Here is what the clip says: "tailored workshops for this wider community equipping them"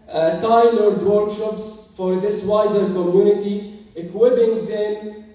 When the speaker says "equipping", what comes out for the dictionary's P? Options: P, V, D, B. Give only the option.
B